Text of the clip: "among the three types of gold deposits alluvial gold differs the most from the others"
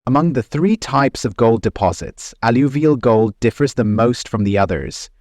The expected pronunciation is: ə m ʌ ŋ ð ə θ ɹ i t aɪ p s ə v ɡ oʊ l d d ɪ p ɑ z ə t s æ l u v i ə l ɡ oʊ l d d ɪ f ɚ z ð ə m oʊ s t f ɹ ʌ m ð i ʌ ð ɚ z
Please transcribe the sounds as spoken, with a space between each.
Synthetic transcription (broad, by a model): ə m ʌ ŋ ð ə θ ɹ i t aɪ p s ə v ɡ oʊ l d d ɪ p ɑ z ə t s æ l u v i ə l ɡ oʊ l d d ɪ f ɚ z ð ə m oʊ s t f ɹ ʌ m ð i ʌ ð ɚ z